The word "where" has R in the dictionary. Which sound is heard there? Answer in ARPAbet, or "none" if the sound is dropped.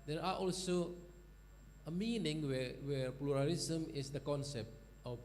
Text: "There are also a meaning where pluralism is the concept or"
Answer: W